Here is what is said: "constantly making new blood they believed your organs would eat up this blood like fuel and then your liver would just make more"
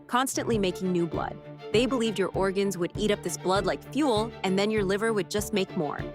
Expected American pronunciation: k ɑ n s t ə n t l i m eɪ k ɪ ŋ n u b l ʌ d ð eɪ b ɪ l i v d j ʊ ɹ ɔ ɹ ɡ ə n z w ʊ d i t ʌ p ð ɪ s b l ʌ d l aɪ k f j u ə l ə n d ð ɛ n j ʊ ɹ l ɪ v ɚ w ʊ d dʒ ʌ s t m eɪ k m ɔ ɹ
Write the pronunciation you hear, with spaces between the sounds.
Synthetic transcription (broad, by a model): k ɑ n s t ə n t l i m eɪ k ɪ ŋ n u b l ʌ d ð eɪ b ɪ l i v d j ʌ ɹ ɔ ɹ ɡ ə n z w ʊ d i t ʌ p ð ɪ s b l ʌ d l aɪ k f j u l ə n ð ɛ n j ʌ ɹ l ɪ v ɚ w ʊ d dʒ ʌ s t m eɪ k m ɔ ɹ